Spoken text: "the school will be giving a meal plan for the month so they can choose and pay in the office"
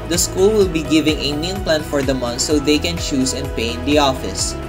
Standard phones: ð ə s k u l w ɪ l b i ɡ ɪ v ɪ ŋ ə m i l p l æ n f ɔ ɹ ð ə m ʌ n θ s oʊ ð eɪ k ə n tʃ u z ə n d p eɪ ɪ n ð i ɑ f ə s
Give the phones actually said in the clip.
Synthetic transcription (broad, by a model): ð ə s k u l w ɪ l b i ɡ ɪ v ɪ ŋ ə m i n p l æ n f ɔ ɹ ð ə m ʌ n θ s oʊ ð eɪ k ə n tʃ u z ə n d p eɪ ɪ n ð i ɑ f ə s